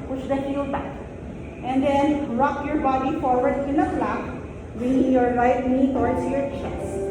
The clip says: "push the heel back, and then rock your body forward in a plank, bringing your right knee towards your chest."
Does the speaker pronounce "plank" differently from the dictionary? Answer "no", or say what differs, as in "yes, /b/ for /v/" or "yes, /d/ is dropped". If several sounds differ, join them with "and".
yes, /ŋ/ is dropped